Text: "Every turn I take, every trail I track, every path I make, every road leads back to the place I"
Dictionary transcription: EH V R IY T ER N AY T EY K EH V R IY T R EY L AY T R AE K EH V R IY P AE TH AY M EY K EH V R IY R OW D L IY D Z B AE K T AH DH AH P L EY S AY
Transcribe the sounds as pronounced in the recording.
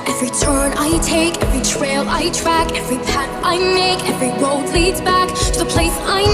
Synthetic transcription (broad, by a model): EH V R IY T ER N AY T EY K EH V R IY T R EY L AY T R AE K EH V R IY P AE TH AY M EY K EH V R IY W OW D L IY D Z B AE K T AH DH AH P L EY S AY